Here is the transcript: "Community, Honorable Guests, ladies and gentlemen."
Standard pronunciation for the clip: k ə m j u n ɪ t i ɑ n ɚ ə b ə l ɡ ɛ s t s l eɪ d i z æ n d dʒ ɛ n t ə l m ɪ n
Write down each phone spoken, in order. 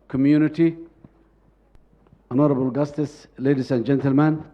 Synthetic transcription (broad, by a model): k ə m j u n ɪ t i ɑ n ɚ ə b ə l ɡ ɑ s t s l eɪ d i s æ n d dʒ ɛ n t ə l m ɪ n